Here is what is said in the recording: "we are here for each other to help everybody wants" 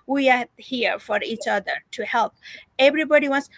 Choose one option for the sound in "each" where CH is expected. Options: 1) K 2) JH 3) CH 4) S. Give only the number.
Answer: 3